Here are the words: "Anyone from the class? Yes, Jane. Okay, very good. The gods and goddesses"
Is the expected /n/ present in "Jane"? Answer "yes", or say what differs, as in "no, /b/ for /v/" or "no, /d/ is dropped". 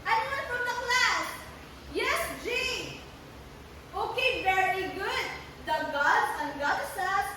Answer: no, /n/ is dropped